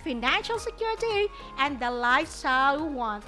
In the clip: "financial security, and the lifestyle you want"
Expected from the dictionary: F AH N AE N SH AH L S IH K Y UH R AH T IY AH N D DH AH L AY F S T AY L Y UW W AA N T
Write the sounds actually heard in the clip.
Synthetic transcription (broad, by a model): F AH N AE N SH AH L S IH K Y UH R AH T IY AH N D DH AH L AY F S S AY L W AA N